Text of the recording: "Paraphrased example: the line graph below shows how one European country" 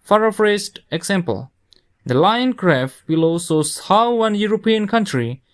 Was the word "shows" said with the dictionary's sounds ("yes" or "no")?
no